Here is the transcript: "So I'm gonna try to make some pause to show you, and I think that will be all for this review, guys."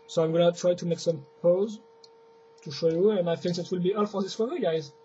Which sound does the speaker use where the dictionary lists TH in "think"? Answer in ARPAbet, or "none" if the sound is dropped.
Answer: F